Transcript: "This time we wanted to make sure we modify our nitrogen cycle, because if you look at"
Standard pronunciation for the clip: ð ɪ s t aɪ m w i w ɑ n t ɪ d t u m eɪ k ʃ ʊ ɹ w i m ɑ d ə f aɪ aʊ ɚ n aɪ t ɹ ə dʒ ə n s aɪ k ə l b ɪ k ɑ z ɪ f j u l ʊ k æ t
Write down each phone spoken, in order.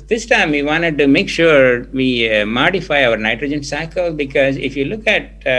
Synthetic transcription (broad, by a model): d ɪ s t aɪ m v i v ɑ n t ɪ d t u m eɪ k ʃ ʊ ɹ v i m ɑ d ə f aɪ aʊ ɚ n aɪ t ɹ ə dʒ ə n s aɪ k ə l b ɪ k ɑ z ɪ f j u l ʊ k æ t